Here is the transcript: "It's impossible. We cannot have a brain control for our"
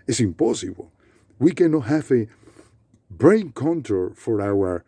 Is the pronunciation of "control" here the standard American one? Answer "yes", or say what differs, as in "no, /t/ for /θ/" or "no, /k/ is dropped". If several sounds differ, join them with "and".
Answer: no, /ɹ/ is dropped